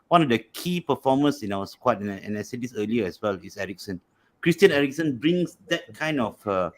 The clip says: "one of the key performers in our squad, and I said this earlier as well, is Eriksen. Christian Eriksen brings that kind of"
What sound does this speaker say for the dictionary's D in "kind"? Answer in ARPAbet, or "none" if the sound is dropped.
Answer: D